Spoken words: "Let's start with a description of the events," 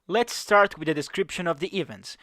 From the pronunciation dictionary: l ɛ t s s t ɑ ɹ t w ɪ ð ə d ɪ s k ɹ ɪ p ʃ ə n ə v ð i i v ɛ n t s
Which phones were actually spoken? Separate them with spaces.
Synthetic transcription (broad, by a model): l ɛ t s s t ɑ ɹ t w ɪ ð ə d ɪ s k ɹ ɪ p ʃ ə n ə v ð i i v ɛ n t s